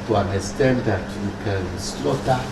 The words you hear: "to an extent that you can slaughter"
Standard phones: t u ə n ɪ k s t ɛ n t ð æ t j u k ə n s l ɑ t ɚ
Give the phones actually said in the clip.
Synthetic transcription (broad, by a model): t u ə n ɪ s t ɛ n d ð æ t j u k ə n s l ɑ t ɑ